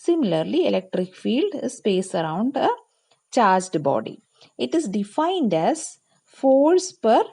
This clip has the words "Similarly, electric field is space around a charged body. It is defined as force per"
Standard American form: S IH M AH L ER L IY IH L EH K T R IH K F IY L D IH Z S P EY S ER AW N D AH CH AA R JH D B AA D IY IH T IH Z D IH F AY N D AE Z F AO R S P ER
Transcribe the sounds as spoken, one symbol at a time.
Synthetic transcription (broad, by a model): S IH M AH L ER L IY IH L EH K T R IH K F IY L D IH S P EY S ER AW N D AH CH AA R JH D B AA D IY IH T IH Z D IH F AY N D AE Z F AO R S P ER